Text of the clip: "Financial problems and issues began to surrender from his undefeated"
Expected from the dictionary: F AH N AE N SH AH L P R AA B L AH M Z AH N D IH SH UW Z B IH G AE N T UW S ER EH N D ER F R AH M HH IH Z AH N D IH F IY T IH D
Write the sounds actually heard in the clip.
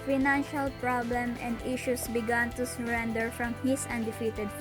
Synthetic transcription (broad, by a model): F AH N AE N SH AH L P R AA B L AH M AH N D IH SH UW S B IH G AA N T UW S ER EH N D ER F R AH M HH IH S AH N D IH F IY T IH D